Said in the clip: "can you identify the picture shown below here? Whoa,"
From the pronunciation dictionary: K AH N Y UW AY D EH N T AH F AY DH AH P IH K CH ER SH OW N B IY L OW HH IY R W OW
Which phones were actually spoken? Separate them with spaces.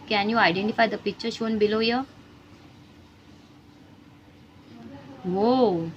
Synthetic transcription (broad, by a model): K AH N Y UW AY D EH N T AH F AY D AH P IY CH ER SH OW N B IY L OW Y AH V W OW